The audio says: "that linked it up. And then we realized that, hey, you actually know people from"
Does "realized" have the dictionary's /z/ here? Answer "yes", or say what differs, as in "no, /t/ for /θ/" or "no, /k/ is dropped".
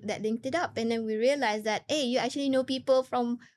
no, /s/ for /z/